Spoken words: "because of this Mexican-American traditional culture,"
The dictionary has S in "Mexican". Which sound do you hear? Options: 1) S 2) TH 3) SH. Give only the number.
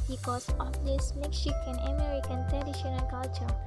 3